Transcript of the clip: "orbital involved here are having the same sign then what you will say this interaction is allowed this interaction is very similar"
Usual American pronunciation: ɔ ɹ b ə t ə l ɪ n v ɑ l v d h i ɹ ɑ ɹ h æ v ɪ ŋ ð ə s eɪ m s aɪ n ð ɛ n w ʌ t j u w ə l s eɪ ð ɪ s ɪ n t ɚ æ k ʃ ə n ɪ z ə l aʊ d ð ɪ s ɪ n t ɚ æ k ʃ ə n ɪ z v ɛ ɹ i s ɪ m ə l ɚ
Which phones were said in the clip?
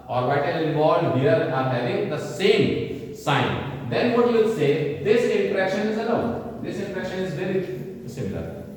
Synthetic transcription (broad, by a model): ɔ ɹ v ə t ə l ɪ v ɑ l d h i ɹ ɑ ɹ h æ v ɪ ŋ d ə s eɪ m s aɪ n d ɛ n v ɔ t j u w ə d s eɪ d ɪ s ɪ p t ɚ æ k ʃ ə n ɪ z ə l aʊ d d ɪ s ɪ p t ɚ ʃ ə n ɪ z v ɛ ɹ i s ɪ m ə l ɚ